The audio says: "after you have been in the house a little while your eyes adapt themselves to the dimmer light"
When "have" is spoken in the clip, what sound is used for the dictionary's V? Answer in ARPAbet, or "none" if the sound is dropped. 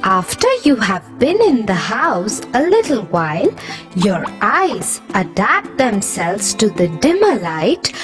V